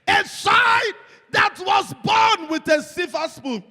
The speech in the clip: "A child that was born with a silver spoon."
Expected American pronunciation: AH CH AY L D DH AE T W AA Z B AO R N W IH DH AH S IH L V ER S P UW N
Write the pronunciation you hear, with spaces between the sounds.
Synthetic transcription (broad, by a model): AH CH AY D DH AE T W AA Z B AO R N W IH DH AH S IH V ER S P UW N